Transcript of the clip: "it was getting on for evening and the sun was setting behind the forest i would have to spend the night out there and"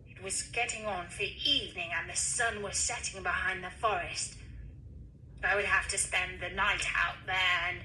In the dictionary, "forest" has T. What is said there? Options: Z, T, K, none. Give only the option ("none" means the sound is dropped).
T